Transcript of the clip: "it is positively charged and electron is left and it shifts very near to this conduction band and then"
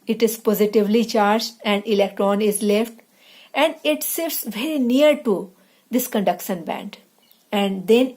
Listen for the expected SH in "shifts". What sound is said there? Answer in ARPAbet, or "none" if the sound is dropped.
S